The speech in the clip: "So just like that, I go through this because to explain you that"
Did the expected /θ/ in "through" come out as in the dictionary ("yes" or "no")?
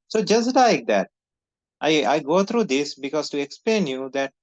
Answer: no